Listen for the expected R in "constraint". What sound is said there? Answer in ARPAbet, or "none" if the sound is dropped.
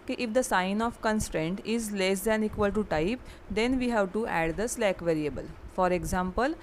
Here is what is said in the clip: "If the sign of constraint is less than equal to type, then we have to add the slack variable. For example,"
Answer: R